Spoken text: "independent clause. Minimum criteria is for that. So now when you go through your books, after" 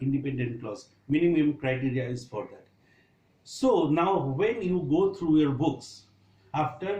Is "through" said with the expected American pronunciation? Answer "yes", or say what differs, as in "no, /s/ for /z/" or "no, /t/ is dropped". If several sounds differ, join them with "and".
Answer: no, /t/ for /θ/